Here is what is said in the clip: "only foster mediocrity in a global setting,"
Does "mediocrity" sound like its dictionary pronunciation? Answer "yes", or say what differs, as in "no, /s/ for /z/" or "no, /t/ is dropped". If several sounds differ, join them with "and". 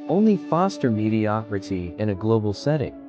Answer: yes